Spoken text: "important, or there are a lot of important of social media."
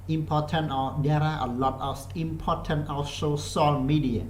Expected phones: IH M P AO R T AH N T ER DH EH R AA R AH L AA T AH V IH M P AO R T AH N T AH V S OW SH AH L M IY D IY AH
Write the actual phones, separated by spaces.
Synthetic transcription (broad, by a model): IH M P AO T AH N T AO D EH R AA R AH L AA T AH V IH M P AO T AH N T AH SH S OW S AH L M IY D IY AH